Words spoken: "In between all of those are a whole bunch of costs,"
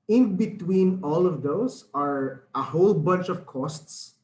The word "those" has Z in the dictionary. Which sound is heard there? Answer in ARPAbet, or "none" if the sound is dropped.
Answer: S